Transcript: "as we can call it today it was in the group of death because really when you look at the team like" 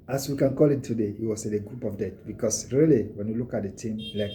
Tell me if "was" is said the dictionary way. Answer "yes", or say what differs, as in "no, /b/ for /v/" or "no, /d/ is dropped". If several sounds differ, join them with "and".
no, /s/ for /z/